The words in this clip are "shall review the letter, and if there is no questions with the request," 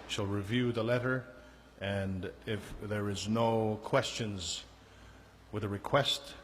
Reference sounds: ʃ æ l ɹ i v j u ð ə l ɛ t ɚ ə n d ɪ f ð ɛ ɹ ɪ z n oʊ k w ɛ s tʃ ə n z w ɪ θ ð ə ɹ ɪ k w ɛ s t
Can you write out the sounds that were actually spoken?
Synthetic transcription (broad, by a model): ʃ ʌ l ɹ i v j u ð ə l ɛ t ɚ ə n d ɪ f ð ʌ ɹ ɪ z n oʊ k w ɛ s tʃ ə n z w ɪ ð ə ɹ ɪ k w ɛ s t